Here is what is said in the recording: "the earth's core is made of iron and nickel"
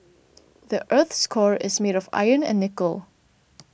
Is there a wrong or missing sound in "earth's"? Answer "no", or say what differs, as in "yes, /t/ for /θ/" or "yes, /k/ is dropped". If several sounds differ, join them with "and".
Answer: no